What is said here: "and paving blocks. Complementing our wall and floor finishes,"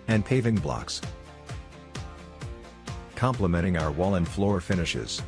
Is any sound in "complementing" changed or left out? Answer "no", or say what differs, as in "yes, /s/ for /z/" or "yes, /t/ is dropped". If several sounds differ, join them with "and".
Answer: yes, /n/ is dropped